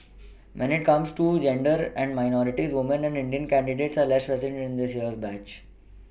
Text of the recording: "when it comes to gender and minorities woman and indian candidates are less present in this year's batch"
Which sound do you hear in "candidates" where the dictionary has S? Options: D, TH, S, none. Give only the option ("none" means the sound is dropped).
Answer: S